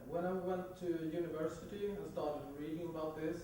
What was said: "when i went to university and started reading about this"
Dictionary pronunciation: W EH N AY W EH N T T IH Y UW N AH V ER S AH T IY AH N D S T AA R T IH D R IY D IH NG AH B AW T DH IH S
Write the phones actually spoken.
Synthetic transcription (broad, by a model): W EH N AY W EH N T T IH Y UW N AH V ER S AH T IY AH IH S T AA R T IH D R IY D IH NG AH B AW T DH IH S